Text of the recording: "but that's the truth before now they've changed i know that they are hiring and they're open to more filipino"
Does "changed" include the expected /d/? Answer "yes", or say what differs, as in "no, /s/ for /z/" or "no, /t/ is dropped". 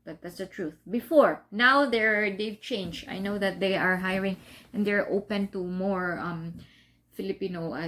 no, /d/ is dropped